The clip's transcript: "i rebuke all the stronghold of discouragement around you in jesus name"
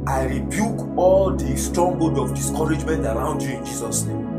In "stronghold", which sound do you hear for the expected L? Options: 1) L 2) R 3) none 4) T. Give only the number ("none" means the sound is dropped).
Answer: 3